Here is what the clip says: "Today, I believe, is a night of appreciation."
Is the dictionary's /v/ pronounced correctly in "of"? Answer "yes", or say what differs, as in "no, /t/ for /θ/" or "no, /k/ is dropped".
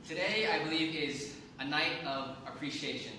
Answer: yes